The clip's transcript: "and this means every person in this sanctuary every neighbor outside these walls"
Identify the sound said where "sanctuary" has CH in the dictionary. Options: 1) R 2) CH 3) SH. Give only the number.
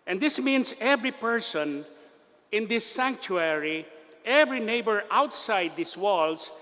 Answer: 2